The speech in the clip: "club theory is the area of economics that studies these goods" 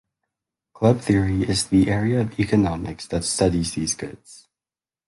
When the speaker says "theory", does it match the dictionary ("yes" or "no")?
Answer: yes